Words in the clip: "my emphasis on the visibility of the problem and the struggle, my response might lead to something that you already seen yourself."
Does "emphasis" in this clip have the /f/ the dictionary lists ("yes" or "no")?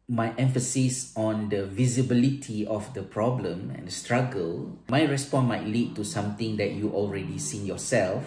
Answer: yes